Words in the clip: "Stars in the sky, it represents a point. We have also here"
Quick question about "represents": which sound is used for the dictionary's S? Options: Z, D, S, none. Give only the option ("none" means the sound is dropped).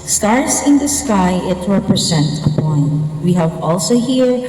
none